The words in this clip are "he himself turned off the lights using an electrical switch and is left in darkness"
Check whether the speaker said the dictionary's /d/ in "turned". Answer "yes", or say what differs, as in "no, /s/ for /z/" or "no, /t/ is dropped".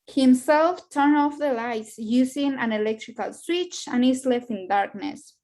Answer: no, /d/ is dropped